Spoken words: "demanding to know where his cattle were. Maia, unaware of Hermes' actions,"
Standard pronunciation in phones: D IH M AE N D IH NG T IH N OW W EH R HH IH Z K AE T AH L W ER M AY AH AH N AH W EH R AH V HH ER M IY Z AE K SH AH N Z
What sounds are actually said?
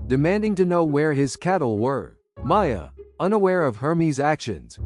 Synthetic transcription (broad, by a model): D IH M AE N D IH NG T IH N OW W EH R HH IH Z K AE T L W ER M AY AH AH N AH W EH R AH V HH ER M IY Z AE K SH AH N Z